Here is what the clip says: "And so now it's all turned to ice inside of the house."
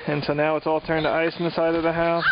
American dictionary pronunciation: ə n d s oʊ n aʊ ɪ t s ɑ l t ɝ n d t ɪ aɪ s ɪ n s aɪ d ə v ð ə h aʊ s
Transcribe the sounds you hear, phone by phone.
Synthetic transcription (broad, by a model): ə n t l n aʊ ɪ t s ɑ l t ɝ n t ɪ aɪ s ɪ s aɪ d ə v ð ə h aʊ s